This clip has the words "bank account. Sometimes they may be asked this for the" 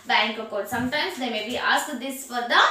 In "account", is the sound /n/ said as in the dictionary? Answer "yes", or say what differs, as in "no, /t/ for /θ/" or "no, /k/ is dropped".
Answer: no, /n/ is dropped